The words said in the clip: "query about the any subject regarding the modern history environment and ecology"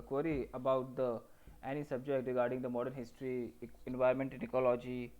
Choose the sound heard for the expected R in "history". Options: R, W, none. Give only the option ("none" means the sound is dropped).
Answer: R